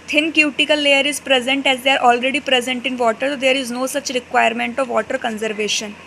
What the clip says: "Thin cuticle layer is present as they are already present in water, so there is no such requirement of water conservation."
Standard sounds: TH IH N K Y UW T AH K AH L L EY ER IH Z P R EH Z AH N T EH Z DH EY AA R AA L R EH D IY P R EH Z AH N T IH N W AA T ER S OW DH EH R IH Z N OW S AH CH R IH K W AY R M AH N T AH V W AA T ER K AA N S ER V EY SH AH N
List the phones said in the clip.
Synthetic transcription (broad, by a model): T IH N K Y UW T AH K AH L L EY ER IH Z P R EH Z AH N T EH Z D EY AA R AA L R EH D IY P R EH Z AH N T IH N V AA T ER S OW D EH R IH Z N OW S AH CH R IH K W AY R M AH N T AH V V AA T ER K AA N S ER V EY SH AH N